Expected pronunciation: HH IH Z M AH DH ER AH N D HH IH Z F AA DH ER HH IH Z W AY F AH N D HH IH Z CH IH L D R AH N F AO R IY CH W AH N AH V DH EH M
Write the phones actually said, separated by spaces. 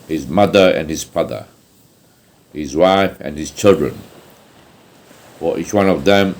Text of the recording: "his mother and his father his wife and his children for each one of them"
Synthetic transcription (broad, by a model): HH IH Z M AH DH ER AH N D HH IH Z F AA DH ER HH IH Z W AY F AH N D HH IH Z CH IH L D R AH N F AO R IY CH W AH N AH V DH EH M